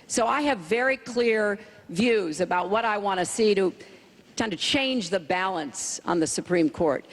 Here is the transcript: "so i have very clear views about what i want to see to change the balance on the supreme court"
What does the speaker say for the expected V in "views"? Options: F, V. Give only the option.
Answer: V